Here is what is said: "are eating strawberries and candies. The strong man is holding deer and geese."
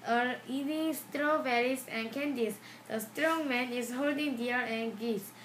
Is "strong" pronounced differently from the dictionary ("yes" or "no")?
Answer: no